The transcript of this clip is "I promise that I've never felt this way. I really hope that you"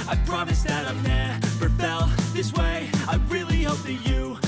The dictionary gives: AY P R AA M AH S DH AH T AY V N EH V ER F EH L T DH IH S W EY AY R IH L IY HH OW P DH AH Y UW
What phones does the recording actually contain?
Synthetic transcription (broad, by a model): AY P R AA M AH S DH AH T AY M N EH P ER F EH L DH IH S W EY AY R IH L IY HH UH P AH Y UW